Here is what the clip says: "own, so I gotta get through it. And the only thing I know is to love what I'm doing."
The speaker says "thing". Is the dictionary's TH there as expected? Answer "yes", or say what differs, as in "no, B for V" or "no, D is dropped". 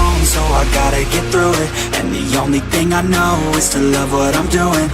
yes